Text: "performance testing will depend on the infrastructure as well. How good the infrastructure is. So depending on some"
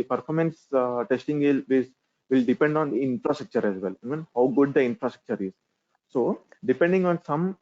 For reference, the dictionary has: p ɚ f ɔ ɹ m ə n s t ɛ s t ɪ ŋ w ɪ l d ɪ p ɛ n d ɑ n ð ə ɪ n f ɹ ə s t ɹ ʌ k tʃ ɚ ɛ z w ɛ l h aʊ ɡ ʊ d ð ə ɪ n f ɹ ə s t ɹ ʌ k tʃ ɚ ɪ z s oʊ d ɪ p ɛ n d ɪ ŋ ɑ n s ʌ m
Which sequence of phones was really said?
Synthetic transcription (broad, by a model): p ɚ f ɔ ɹ m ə n s t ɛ s t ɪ ŋ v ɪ l d ɪ p ɛ n d ɑ n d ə ɪ n f ɹ ə s t ɹ ʌ k tʃ ɚ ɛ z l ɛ n h aʊ ɡ ʊ d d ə ɪ n f ɹ ə s t ɹ ʌ k tʃ ɚ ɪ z s oʊ d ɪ p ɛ n d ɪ ŋ ɑ n s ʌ m